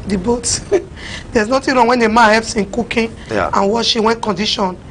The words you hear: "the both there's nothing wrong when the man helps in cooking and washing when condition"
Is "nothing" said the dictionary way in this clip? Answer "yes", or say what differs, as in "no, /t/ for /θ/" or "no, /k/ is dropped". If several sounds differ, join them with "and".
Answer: no, /t/ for /θ/